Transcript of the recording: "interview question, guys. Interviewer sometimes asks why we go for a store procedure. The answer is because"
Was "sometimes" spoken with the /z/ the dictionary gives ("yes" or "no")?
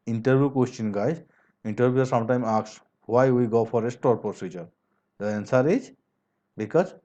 no